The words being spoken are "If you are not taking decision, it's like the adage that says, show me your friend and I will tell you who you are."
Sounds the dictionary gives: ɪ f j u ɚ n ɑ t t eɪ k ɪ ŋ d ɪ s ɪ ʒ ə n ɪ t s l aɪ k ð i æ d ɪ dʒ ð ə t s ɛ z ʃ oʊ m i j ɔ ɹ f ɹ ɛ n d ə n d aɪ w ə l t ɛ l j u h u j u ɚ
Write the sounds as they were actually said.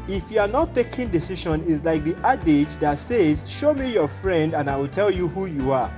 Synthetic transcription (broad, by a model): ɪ f j u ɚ n ɑ t t eɪ k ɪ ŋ d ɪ s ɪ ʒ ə n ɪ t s l aɪ k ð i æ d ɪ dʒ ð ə t s ɛ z ʃ oʊ m i j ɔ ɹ f ɹ ɛ n d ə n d aɪ w ə l t ɛ l j u h u j u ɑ